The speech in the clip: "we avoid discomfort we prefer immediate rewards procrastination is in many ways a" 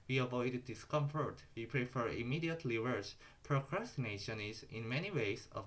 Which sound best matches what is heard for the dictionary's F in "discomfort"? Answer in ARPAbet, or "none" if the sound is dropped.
F